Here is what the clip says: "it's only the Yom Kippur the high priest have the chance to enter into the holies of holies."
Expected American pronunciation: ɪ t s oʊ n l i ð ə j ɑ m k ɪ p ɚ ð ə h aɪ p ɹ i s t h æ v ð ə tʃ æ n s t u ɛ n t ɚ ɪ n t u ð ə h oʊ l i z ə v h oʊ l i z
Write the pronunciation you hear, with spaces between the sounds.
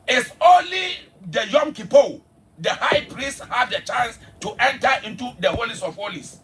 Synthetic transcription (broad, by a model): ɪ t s oʊ n l i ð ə j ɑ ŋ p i p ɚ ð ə h aɪ p ɹ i s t h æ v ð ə tʃ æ n s t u ɛ n t ɚ ɪ n t u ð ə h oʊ l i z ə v h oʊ l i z